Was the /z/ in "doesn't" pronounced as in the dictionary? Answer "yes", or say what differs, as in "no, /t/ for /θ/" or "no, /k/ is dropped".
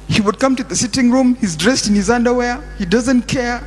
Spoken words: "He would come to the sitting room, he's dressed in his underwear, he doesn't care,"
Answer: yes